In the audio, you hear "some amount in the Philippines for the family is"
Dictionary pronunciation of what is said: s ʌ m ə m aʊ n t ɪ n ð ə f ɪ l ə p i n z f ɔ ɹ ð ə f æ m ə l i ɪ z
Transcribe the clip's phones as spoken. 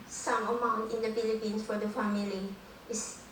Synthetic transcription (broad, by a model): s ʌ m ə m aʊ n t ɪ n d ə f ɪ l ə p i n s f ɔ ɹ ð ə f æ m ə l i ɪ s